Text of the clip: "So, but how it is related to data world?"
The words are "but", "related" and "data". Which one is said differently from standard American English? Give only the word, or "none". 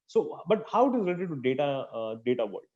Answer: related